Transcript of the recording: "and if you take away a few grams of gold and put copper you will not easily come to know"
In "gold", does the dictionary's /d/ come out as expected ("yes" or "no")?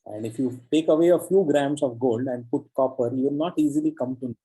yes